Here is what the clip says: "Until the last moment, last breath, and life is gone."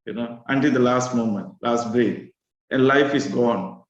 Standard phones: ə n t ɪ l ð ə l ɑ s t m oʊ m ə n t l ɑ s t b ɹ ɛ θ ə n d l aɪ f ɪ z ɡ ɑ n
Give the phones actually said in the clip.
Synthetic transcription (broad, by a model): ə n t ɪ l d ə l ɑ s t m oʊ m ə n t l ɑ s t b ɛ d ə n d l aɪ f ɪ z ɡ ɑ n